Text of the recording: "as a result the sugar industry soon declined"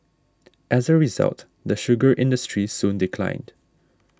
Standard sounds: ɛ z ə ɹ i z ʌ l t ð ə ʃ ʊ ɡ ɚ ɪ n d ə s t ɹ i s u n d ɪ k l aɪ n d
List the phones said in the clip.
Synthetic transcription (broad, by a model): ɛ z ə ɹ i z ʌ l t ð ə ʃ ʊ ɡ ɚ ɪ n d ə s t ɹ i s u n d ɪ k l aɪ n d